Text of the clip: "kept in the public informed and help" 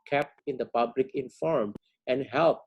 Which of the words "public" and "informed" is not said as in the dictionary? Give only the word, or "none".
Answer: informed